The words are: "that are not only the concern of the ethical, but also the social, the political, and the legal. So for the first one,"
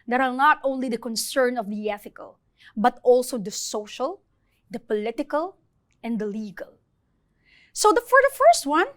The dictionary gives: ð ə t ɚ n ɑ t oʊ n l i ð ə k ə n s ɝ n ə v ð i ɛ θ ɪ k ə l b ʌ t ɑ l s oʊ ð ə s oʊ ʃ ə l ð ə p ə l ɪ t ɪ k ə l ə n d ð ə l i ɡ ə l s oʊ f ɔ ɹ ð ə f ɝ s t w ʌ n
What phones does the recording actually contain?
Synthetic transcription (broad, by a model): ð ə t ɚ n ɑ t oʊ n l i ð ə k ə n s ɝ n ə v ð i ɛ θ ɪ k ə l b ʌ t ɑ l s oʊ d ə s oʊ ʃ ə l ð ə p ə l ɪ t ɪ k ə l ə n d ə l i ɡ ə l s oʊ f ɔ ɹ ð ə f ɝ s t w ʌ n